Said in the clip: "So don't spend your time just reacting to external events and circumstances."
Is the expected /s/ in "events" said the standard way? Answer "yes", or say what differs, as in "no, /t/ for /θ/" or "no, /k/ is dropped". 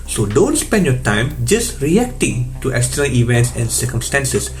yes